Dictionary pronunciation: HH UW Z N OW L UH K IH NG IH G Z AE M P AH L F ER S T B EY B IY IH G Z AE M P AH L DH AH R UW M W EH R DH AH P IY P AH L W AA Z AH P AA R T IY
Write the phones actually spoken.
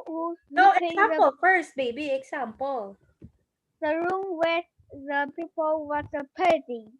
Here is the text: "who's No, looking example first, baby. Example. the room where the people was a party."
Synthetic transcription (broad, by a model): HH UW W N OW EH IH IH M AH P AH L F ER S T B EY B IY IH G S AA M P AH L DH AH R UW M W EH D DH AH P IY P AH L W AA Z AH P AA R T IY